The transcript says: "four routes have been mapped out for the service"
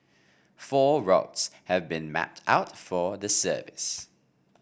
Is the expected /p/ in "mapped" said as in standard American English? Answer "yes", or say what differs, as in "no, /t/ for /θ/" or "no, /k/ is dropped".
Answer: yes